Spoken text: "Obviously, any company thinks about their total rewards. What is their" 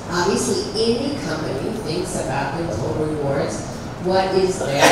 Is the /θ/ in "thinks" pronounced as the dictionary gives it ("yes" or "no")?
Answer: yes